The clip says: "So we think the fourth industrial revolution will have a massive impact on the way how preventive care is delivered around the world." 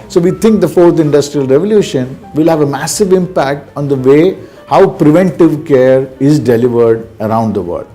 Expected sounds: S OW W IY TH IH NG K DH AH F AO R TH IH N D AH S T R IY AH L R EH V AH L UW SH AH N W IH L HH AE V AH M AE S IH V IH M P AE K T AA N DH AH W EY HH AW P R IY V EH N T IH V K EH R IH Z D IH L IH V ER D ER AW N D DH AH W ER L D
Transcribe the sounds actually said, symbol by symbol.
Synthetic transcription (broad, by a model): S OW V IY T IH NG K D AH F AO R T IH N D AH S T R IY AH L R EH V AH L UW SH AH N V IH L HH AE V AH M AE S IH V IH M P AE K T AA N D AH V EY HH AW P R IY V EH N T IH V K EH R IH Z D IH L IH V ER D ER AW N D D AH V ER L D